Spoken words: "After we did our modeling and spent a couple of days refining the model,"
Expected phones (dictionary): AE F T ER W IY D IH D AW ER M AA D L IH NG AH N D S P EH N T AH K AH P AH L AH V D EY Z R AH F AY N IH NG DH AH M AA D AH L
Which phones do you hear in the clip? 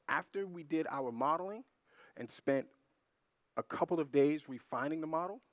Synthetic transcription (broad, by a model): AE F T ER W IY D IH D AW ER M AA D L IH NG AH N S P EH N T AH K AH P L AH V D EY Z R AH F AY N IH NG DH AH M AA D L